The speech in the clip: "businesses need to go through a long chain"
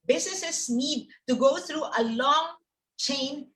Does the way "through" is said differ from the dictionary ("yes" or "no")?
yes